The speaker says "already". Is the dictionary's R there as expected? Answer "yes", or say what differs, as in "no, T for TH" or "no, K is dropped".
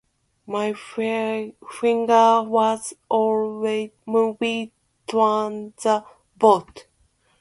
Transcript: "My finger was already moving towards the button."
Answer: no, W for R